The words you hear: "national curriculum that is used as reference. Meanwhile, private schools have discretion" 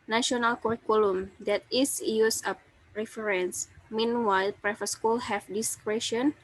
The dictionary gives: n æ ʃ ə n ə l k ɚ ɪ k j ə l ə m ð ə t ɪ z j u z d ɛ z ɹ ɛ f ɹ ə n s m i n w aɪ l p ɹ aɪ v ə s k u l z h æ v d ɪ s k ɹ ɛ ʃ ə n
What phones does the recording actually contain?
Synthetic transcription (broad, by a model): n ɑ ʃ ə n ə l k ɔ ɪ k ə l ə m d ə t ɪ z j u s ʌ ɹ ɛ f ɹ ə n s m i n w aɪ l p ɹ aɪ f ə s k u l h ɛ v d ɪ s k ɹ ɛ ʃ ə n